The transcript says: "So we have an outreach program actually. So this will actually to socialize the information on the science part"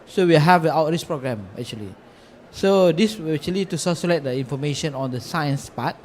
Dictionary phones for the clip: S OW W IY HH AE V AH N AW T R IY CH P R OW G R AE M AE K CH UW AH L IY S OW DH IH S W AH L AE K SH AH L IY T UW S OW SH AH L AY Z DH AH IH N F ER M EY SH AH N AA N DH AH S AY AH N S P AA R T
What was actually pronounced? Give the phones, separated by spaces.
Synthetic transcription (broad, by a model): S OW W IY HH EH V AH AW T R IY CH P R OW G R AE M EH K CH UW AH L IY S OW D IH S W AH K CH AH L IY T UW S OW S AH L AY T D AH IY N F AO M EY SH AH N AA N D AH S AY AH N S P AA T